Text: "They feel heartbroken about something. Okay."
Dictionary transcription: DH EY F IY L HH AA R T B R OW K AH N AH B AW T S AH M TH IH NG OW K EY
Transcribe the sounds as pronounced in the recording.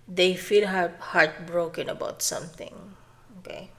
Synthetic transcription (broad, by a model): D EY F IY L HH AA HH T B R OW K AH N AH B AW T S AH M T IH NG OW K EY